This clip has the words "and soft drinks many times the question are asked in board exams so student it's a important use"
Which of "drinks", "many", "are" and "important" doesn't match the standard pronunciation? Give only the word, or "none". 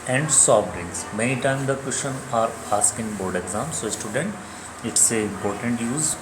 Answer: drinks